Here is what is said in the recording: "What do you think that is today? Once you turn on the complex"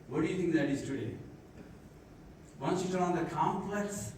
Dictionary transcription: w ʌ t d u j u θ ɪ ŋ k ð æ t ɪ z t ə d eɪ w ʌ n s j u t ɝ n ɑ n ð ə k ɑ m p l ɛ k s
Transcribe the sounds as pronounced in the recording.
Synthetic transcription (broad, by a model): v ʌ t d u j u t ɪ ŋ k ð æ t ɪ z t ə d eɪ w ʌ n s j u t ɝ l ɑ n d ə k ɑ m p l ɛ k s